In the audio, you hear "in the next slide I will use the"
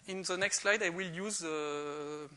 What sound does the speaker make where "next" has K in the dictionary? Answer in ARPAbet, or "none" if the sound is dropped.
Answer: K